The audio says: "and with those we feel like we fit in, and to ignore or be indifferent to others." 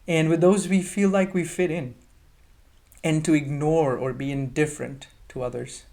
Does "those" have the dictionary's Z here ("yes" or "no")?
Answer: yes